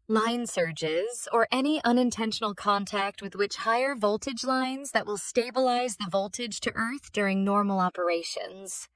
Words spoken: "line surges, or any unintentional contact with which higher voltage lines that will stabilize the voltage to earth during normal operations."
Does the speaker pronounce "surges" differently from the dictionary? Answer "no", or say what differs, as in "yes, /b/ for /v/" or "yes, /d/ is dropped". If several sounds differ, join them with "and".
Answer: no